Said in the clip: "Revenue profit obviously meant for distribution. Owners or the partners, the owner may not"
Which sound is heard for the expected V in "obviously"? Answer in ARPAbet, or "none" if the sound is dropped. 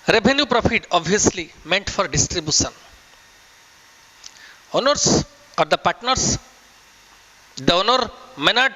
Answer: none